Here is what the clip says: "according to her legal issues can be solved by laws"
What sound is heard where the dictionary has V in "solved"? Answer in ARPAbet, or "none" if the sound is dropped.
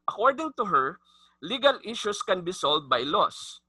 none